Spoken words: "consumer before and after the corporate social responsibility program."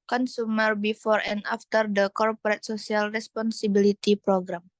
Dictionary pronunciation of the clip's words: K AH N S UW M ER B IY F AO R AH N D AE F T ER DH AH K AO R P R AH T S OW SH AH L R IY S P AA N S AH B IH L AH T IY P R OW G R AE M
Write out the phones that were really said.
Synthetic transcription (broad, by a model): K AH N S UW M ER B IY F AO R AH N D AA F T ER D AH K AO R P R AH T S OW S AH L R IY S P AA N S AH B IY L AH T IY P R OW G R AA M